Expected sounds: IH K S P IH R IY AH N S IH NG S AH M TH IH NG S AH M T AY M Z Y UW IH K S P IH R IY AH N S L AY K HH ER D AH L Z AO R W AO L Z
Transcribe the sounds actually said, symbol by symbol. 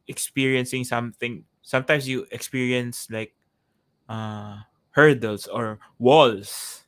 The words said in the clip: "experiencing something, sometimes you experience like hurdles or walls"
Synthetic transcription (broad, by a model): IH K S P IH R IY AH N S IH NG S AH M TH IH NG S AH M T AY M S Y UW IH K S P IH R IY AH N S L AY K HH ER D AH L S AO R W AO L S